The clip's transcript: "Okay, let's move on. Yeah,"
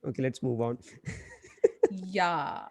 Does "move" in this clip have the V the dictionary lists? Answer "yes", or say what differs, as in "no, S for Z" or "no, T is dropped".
yes